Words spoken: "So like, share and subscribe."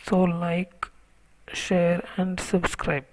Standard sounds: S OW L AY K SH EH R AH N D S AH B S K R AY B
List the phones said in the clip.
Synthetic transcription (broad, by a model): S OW L AY K SH EH R AH N D S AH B S K R AY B